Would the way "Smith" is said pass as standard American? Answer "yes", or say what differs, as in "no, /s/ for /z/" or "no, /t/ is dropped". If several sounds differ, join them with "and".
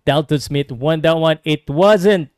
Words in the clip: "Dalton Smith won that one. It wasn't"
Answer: no, /t/ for /θ/